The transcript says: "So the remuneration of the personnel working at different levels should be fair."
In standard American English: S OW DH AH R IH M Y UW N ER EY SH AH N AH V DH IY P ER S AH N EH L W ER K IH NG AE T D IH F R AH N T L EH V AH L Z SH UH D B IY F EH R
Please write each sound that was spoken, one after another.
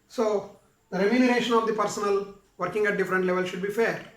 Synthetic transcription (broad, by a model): S OW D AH R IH M Y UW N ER EY SH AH N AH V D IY P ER S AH N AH L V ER K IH NG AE T D IH F R AH N T L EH V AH L SH UH D B IY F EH R